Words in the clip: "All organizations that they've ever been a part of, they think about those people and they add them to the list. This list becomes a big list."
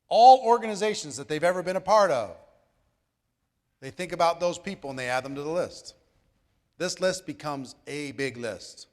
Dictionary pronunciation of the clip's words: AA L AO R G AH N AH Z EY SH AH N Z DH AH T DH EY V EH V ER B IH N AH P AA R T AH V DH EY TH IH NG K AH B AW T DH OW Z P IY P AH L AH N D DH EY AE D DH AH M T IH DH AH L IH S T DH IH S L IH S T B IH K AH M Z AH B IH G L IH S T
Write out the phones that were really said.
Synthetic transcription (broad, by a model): AA L AO R G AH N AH Z EY SH N Z DH AH T DH EY V EH V ER B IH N AH P AA R T AH V DH EY TH IH NG K AH B AW T DH OW Z P IY P L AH N DH EY AE D DH AH M T IH DH AH L IH S T DH IH S L IH S T B IH K AH M Z AH B IH G L IH S T